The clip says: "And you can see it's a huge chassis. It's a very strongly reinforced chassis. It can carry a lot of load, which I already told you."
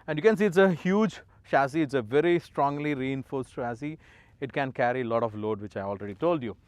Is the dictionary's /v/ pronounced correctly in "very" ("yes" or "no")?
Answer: yes